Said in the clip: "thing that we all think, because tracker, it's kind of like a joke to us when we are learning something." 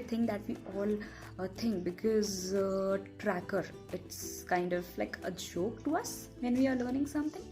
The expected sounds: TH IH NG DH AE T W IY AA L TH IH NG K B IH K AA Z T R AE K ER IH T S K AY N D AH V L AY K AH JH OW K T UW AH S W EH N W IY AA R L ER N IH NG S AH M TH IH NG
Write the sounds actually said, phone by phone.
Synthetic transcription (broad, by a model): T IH NG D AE T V IY AA L T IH NG K B IH K AA Z T R AE K ER IH T S K AY N D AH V L AY K AH JH OW K T UW AH S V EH N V IY AA R L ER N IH NG S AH M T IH NG